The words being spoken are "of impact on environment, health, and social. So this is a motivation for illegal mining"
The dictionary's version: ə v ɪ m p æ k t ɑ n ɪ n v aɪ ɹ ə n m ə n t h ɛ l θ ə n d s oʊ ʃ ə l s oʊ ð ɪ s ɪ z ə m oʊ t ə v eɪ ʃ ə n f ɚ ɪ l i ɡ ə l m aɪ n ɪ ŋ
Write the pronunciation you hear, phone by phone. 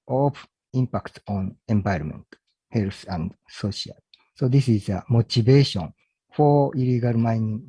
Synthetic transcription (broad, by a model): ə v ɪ m p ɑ k t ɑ n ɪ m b aɪ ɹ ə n m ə n t h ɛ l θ ə n d s oʊ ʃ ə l s oʊ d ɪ s ɪ z ə m oʊ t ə b eɪ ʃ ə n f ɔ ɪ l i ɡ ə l m aɪ n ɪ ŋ